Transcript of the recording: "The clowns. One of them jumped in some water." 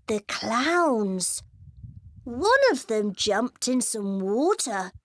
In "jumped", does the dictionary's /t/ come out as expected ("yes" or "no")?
yes